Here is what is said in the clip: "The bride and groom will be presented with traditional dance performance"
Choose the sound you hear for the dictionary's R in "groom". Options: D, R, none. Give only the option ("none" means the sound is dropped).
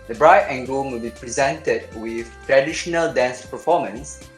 none